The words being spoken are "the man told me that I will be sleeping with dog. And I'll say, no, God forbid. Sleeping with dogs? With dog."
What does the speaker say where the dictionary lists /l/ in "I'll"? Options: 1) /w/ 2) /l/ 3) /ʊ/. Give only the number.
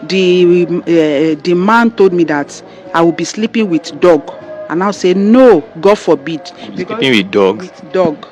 1